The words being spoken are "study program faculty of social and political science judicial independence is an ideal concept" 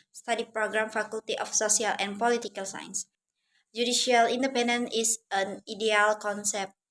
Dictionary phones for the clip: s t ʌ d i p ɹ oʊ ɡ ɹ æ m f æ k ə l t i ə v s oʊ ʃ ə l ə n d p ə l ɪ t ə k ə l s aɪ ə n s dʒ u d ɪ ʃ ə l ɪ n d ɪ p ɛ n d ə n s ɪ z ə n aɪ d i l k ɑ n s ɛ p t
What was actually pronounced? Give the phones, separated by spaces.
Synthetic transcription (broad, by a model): s t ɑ d i p ɹ oʊ ɡ ɹ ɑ m f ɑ k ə l t i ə f s oʊ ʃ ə l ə n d p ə l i t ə k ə l s aɪ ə n s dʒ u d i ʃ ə l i n d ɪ p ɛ n d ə n ɪ s ə n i d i l k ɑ n s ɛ p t